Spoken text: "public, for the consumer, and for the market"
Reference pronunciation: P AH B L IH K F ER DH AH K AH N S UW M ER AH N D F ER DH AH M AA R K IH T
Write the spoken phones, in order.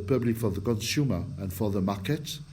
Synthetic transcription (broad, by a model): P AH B L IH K F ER DH AH K AH N S UW M ER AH N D F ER DH AH M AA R K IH T